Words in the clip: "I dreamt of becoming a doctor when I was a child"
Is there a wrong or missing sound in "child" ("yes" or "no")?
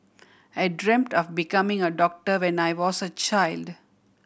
no